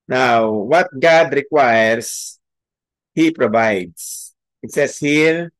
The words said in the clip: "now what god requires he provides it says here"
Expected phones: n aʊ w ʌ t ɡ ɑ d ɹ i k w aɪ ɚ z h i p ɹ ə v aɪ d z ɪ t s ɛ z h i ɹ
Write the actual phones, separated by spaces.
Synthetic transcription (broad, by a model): n aʊ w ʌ t ɡ ɑ d ɹ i k w aɪ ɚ s h i p ɹ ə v aɪ d s ɪ t s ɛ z h i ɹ